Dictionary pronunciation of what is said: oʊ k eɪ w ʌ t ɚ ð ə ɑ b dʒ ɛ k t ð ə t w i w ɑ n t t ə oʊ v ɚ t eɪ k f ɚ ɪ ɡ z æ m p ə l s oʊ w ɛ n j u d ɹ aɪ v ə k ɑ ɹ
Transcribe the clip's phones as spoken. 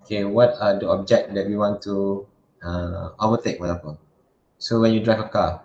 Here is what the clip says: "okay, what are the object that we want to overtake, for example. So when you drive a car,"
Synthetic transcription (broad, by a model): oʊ k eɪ w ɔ t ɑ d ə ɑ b dʒ ɛ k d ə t w i w ɑ n t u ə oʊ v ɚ t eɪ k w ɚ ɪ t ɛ p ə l s oʊ w ɛ n j u d ɹ aɪ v ə k ɑ